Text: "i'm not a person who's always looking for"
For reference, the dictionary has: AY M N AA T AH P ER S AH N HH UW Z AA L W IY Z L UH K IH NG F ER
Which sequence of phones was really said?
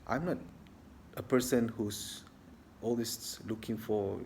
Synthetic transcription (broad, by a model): AY M N AA T AH P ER S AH N HH UW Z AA L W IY S L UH K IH NG F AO